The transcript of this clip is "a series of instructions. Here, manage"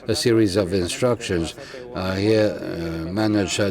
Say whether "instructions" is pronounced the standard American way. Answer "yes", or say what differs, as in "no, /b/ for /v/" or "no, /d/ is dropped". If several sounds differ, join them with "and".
yes